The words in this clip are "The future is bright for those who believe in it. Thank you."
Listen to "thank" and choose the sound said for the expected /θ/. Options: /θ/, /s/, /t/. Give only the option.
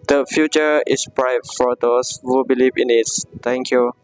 /t/